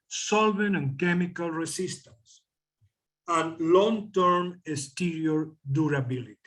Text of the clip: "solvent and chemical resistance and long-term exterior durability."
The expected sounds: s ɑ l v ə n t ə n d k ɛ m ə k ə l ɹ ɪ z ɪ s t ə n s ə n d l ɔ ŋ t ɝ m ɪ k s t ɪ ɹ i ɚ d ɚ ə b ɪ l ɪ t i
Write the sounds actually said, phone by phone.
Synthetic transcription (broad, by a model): s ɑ l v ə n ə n k ɛ m ə k ə l ɹ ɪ s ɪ s t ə n s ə n l ɔ ŋ t ɝ m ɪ s t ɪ ɹ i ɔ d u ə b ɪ l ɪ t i